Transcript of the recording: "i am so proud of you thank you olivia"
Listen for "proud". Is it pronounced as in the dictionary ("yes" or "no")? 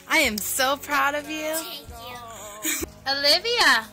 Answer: yes